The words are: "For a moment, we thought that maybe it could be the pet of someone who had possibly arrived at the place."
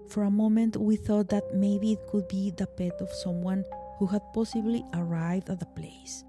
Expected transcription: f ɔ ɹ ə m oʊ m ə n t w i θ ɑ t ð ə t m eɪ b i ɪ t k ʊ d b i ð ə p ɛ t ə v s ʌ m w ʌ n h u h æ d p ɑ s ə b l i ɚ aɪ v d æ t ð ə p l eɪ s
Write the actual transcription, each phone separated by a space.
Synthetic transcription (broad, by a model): f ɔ ɹ ə m oʊ m ə n t w i θ ɑ t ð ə t m eɪ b i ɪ t k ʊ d b i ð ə p ɛ t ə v s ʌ m w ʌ n h u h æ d p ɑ s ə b l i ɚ aɪ v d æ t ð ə p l eɪ s